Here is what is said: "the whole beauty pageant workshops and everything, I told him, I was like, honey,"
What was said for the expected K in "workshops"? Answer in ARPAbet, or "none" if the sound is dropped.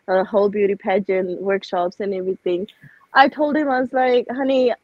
K